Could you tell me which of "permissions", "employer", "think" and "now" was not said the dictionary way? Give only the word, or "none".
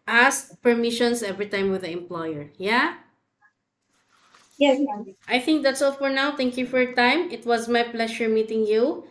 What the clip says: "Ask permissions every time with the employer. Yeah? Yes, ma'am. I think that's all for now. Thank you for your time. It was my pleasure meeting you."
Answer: permissions